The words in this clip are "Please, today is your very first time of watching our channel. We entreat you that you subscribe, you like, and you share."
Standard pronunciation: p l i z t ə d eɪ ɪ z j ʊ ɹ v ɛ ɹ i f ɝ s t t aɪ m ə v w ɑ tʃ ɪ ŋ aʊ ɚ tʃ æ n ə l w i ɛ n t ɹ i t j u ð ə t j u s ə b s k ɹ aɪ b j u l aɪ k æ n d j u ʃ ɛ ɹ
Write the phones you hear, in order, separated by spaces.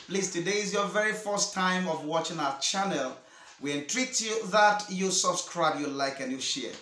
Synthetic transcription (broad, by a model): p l i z t ə d eɪ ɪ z j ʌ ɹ v ɛ ɹ i f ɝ s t t aɪ m ə v w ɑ tʃ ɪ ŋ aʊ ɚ tʃ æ n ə l w i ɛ n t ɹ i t j u ð ə t j u s ə b s k ɹ aɪ b j u l aɪ k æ n j u ʃ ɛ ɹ